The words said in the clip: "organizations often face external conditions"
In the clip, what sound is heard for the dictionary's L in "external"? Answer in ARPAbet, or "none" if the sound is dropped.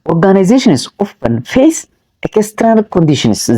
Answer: N